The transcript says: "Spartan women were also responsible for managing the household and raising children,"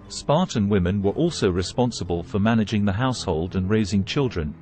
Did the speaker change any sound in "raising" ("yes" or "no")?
no